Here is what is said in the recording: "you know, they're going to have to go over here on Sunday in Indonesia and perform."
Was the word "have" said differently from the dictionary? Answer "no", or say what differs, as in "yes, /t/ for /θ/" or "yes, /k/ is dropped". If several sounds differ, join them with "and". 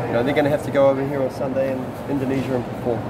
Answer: yes, /f/ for /v/